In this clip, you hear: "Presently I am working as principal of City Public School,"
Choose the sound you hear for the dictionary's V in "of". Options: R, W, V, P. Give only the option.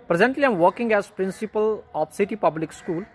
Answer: P